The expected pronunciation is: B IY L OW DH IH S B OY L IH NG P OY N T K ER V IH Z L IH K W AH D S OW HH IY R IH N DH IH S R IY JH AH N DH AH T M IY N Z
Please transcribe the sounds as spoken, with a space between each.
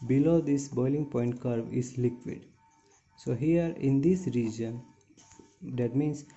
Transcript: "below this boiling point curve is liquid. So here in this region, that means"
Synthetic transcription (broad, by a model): B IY L OW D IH S B OY L IH NG P OY N T K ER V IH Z L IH K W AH D S OW HH IY R IH N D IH S R IY JH AH N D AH T M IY N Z